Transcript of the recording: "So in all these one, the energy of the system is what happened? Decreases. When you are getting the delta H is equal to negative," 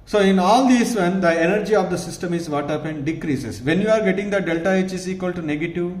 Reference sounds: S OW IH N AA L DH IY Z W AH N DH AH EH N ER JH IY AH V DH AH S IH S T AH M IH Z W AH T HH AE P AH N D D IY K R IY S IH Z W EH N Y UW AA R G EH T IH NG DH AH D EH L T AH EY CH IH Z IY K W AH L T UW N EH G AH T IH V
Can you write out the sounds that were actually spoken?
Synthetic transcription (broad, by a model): S OW IH N AA L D IY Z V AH N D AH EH N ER JH IY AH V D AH S IH S T AH M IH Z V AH T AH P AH N D D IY K R IY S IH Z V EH N Y UW AA R G EH T IH NG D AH D EH L T AH EY CH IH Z IY K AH L T UW N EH G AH T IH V